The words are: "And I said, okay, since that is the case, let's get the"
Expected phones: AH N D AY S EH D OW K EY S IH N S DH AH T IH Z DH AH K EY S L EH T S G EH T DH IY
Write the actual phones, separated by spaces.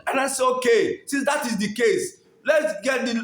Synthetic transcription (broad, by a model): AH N AY S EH OW K EY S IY S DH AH T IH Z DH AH K EY S L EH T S G EH T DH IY